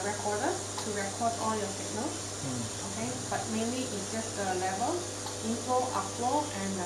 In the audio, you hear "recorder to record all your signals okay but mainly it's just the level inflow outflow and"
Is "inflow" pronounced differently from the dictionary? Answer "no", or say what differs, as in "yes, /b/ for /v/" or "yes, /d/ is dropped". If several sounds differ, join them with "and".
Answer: yes, /l/ is dropped